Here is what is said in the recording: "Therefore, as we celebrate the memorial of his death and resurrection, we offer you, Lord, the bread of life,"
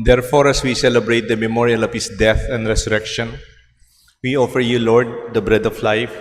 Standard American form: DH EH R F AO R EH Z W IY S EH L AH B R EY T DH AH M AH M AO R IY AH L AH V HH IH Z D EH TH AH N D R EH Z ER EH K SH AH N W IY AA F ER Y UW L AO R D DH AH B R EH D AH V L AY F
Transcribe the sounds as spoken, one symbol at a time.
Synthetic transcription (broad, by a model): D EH R F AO R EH S W IY S EH L AH B R EY T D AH M AH M AO R IY AH L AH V HH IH S D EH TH AH N D R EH S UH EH K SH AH N W IY AA F ER Y UW L AO R D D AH B R EH D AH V L AY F